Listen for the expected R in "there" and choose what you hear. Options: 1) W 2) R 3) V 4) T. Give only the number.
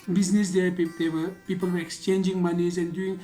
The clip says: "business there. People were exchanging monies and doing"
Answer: 1